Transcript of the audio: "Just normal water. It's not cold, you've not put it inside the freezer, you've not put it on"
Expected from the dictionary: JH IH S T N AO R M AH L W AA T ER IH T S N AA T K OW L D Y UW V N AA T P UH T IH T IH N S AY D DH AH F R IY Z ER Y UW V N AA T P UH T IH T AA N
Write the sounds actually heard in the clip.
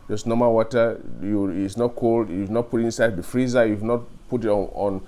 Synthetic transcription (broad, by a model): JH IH S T N AO M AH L W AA T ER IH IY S N AA T K OW L D Y UW V N AA T P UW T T IH N S AY D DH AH F R IY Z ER Y UW V N AA T P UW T IH T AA N